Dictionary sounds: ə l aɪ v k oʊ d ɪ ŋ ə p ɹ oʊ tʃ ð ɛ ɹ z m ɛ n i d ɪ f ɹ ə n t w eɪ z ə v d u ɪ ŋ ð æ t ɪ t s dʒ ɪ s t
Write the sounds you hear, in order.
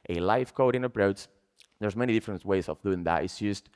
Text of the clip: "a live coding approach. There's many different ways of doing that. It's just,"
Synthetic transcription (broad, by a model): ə l aɪ f k oʊ d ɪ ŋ ə p ɹ oʊ tʃ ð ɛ ɹ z m ɛ n i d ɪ f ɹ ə n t w eɪ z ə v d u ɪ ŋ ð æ t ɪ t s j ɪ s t